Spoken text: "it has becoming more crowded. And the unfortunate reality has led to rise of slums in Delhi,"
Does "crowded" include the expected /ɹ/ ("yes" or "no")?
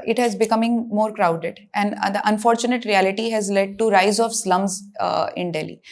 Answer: yes